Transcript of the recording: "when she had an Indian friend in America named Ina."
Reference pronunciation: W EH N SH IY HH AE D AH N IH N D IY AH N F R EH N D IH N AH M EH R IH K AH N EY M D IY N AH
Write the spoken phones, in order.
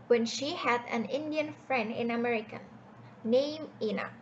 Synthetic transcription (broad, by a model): W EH N SH IY HH AE D AH N IH N D IY AH N F R EH N D IH N AH M EH R IH K AH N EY M IY N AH